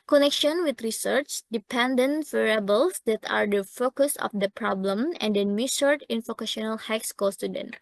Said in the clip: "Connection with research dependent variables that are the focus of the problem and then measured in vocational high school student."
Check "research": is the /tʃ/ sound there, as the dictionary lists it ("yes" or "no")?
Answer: yes